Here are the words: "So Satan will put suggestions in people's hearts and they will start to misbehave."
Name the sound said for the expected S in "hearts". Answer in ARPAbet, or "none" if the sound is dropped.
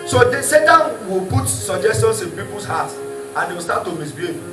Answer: none